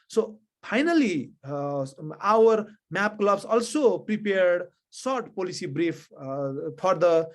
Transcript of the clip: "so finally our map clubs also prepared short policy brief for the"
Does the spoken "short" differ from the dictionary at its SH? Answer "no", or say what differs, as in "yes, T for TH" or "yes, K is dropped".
yes, S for SH